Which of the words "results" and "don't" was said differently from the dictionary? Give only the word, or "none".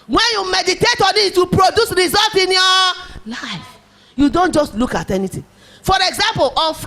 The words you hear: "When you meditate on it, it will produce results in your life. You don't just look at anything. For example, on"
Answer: results